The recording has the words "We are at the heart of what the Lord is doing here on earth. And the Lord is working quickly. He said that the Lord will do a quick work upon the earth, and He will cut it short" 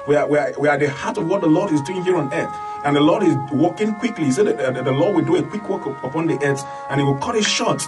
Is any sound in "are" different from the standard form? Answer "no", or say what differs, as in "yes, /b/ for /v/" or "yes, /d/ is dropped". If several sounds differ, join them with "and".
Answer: yes, /w/ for /ɹ/